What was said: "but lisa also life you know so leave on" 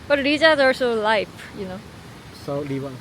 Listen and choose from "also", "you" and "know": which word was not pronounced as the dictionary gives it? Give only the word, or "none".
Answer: also